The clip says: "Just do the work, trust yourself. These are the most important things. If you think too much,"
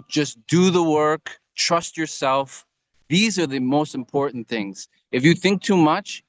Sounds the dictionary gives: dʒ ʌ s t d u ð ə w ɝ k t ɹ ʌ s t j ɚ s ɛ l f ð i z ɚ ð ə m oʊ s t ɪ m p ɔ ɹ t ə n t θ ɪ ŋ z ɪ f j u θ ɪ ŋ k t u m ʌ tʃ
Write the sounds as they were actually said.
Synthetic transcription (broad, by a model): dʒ ʌ s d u ð ə w ɝ k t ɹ ʌ s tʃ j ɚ s ɛ l f ð i z ɚ ð ə m oʊ s t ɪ m p ɔ ɹ t n θ ɪ ŋ z ɪ f j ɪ θ ɪ ŋ k t u m ʌ tʃ